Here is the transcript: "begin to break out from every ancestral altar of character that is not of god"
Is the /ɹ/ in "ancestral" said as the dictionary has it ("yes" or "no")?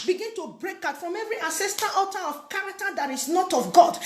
no